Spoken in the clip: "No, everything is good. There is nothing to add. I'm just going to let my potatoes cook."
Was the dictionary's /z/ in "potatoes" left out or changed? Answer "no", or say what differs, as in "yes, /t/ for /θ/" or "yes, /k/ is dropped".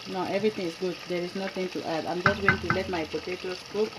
yes, /s/ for /z/